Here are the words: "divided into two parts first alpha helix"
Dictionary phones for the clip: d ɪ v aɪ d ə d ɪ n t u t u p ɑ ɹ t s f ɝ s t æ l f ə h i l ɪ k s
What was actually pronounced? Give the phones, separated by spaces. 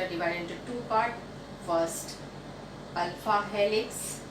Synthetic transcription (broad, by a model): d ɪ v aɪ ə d ɪ n t u t u p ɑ ɹ t f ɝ s t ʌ l f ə h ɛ l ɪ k s